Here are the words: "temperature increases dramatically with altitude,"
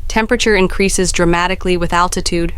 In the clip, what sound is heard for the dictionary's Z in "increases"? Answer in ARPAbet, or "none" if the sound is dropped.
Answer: Z